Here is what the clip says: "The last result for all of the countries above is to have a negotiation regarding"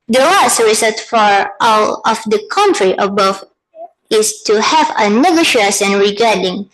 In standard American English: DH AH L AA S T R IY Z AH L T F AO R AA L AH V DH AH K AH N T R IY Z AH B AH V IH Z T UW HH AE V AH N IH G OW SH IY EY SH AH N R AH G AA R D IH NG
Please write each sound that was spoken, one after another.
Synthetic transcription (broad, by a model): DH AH L AA S T R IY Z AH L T F AO R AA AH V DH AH K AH N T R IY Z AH B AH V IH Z T UW HH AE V AH N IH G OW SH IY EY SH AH N R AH G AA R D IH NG